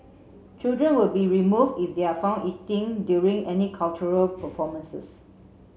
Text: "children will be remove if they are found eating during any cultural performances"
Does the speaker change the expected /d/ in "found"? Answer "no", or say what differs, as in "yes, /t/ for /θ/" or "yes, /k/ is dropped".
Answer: yes, /d/ is dropped